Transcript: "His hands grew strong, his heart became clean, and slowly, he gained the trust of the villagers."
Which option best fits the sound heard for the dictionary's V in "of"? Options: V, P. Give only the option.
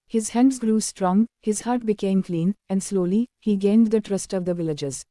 V